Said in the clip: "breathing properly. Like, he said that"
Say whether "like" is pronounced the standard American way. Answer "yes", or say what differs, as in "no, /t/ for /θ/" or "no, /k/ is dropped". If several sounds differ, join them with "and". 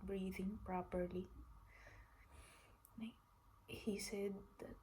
no, /n/ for /l/